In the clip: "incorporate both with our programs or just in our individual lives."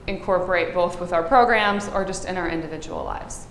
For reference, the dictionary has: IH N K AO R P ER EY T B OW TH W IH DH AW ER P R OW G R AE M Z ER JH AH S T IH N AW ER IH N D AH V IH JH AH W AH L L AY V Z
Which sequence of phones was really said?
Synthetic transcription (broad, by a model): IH N K AO R P ER EY T B OW TH W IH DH AW ER P R OW G R AE M Z ER JH AH S T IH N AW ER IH N D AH V IH JH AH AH L L AY V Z